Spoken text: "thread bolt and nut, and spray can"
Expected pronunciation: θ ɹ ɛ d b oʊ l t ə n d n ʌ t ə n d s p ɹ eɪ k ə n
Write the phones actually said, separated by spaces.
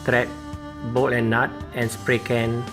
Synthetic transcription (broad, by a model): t ɹ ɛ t b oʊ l ə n n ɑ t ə n s p ɹ eɪ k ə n